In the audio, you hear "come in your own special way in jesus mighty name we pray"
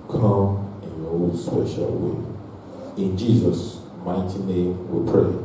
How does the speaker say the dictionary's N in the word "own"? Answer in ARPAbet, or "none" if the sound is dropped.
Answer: L